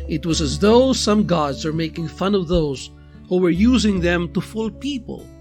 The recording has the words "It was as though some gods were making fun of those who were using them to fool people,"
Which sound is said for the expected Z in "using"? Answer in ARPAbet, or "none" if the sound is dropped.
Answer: Z